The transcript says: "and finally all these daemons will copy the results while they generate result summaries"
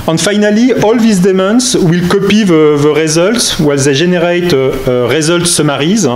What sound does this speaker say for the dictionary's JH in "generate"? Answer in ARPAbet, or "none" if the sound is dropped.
ZH